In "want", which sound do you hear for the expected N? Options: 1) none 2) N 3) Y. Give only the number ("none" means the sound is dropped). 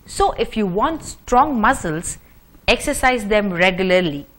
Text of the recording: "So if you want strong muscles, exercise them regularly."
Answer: 2